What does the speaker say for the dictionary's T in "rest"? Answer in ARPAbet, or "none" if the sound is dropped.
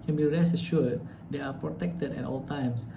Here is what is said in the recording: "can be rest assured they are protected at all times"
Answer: none